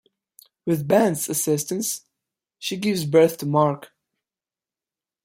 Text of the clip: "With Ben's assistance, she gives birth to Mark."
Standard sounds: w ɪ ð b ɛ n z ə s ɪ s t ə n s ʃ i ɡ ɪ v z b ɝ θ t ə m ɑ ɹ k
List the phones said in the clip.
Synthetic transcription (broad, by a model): w ɪ ð b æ n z ə s ɪ s t ə n s ʃ i ɡ ɪ v z b ɝ θ t ə m ɑ ɹ k